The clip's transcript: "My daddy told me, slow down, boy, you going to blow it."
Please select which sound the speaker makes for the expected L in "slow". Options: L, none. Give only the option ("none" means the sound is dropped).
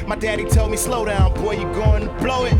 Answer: L